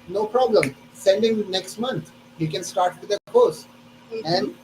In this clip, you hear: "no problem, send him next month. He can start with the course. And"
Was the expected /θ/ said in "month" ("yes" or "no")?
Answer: no